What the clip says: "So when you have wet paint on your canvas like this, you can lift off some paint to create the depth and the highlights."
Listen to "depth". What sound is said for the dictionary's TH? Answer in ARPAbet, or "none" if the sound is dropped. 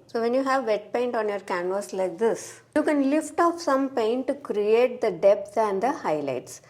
S